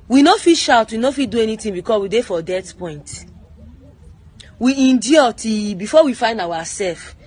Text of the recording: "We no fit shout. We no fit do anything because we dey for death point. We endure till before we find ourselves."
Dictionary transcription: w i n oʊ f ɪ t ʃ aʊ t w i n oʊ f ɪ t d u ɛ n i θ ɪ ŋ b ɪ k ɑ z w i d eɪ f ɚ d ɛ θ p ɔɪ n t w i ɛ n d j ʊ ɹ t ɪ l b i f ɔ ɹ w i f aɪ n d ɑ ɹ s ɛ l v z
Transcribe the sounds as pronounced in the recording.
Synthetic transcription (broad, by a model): w i n oʊ f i ʃ aʊ t w i n oʊ f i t d u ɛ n i t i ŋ b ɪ k ɑ s w i d eɪ f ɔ d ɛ t p ɔɪ n t w i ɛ n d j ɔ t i b i f ɔ w i f aɪ n d ɑ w s ɛ l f